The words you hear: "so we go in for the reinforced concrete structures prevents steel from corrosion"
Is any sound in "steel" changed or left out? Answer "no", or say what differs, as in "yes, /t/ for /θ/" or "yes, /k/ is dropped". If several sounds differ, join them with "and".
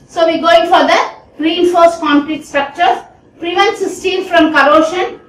yes, /n/ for /l/